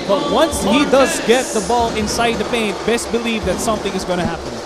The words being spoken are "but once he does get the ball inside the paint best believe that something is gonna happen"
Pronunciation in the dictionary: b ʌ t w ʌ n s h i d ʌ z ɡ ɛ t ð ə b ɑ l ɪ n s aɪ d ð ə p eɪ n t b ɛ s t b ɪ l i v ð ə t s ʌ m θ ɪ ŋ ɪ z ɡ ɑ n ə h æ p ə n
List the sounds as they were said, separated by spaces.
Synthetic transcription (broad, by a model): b ʌ t w ʌ n s h i d ʌ z ɡ ɛ t ð ə b ɑ l ɪ n s aɪ d ð ə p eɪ n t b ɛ s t b ɪ l i v ð ə t s ʌ m θ ɪ ŋ ɪ z ɡ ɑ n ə h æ p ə n